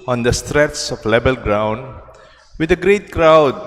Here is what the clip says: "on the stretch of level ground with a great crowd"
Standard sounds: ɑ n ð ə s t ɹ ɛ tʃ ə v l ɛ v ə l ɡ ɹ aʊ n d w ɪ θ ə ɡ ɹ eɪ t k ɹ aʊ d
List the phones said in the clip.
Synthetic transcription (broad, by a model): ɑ n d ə s t ɹ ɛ s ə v l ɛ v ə l ɡ ɹ aʊ n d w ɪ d ə ɡ ɹ eɪ t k ɹ aʊ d